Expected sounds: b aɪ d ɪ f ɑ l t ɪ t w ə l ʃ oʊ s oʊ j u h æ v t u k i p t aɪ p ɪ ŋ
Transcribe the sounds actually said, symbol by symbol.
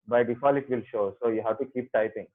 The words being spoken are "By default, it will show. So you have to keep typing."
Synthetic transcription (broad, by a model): b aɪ d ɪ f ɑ l ɪ t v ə l ʃ oʊ s oʊ j u h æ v t u k i p t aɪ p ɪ ŋ